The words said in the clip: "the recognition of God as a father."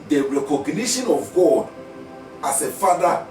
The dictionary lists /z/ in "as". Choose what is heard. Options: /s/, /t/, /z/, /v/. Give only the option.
/s/